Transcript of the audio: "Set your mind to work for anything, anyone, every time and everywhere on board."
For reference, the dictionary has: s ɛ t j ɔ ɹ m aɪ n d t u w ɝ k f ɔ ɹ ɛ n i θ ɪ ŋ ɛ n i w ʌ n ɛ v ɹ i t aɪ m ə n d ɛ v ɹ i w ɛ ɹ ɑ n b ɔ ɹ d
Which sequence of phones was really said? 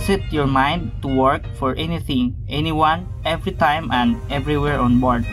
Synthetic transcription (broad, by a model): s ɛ t j ɔ ɹ m aɪ n d t u w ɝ k f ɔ ɹ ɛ n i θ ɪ ŋ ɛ n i w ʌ n ɛ v ɹ i t aɪ m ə n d ɛ v ɹ i w ɛ ɹ ɑ n b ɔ ɹ d